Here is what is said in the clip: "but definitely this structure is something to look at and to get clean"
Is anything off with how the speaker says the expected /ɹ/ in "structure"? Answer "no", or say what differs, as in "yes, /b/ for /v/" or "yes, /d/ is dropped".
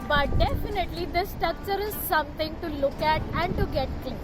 yes, /ɹ/ is dropped